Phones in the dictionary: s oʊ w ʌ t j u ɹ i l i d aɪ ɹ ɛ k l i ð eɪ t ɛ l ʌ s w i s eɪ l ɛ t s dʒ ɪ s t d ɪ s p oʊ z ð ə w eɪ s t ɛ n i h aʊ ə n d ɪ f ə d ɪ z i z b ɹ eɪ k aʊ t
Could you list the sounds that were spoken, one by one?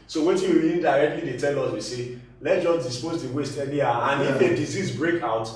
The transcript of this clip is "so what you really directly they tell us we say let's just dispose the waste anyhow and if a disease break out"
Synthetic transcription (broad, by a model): s oʊ w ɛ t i w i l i d aɪ ɹ ɛ k l i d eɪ t ɛ l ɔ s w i s eɪ l ɛ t dʒ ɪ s d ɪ s p oʊ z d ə w eɪ s t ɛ l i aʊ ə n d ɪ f ə d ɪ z i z b ɹ eɪ k aʊ t